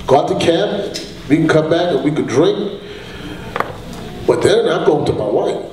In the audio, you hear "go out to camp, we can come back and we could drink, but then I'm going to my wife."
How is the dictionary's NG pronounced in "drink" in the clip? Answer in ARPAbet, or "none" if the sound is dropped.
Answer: NG